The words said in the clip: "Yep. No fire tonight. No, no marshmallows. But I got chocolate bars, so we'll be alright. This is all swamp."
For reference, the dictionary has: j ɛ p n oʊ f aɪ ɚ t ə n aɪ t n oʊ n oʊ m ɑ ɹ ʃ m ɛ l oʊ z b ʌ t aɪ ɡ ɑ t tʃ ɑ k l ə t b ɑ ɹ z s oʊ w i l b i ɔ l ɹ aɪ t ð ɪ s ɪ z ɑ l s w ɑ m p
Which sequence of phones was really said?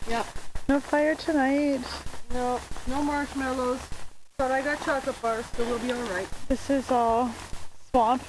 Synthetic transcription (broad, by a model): j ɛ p n oʊ f aɪ ɚ t ə n aɪ t n oʊ n oʊ m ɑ ɹ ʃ m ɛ l oʊ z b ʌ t aɪ ɡ ɑ t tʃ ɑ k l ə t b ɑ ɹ s oʊ w i l b i ɔ l ɹ aɪ t ð ɪ s ɪ z ɑ l s w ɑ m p